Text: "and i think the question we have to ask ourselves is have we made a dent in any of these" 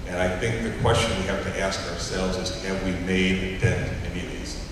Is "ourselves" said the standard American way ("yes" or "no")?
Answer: yes